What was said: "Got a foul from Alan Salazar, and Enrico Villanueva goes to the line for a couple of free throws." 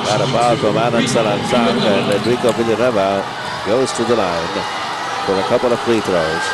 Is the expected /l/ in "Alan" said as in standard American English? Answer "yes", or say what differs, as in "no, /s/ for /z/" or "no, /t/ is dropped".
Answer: no, /n/ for /l/